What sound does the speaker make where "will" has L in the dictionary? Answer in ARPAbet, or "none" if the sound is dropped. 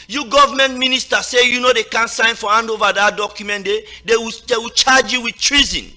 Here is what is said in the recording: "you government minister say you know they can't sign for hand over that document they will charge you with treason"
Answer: W